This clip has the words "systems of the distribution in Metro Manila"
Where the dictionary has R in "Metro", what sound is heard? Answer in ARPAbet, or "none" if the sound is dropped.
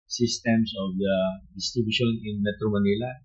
R